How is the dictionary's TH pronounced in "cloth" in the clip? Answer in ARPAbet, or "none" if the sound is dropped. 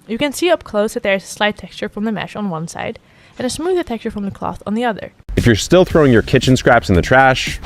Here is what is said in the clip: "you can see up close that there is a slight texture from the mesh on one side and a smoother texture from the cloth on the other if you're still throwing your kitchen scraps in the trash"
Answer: TH